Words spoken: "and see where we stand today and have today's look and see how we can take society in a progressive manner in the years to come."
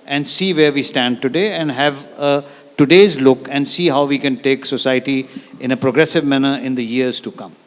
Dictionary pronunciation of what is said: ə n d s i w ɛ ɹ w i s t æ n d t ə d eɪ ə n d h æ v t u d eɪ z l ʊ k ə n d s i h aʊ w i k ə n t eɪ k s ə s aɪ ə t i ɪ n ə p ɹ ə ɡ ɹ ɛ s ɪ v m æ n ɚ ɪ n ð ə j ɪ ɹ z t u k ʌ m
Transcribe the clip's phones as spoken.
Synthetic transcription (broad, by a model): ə n d s i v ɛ ɹ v i s t æ n d t ə d eɪ ə n d h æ v t u d eɪ z l ʊ k ə n d s i h aʊ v i k ə n t eɪ k s ə s aɪ ə t i ɪ n ə p ɹ ə ɡ ɹ ɛ s ɪ v m æ n ɚ ɪ n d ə j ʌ ɹ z t u k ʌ m